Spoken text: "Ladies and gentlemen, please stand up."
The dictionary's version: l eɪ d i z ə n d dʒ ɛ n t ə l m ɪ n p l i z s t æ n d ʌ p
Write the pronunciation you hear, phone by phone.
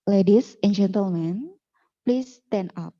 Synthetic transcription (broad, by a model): l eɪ d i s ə n dʒ ɛ n t ə l m ɪ n p l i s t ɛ n ʌ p